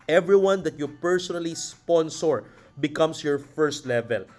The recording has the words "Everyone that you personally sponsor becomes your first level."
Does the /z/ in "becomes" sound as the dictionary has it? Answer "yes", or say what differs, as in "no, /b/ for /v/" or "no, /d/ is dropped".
no, /s/ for /z/